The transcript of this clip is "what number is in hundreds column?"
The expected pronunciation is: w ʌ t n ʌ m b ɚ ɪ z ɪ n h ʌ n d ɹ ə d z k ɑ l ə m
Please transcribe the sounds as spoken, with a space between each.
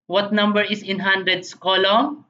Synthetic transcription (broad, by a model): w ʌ t n ʌ m b ɚ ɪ s ɪ n h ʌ n d ɹ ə d s k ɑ l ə